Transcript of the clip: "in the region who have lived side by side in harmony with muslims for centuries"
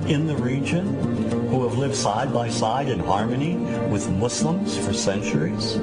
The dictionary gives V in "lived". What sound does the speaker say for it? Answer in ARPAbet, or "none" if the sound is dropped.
V